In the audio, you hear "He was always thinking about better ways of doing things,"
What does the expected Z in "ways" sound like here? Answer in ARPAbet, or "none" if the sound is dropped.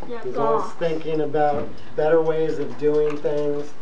Z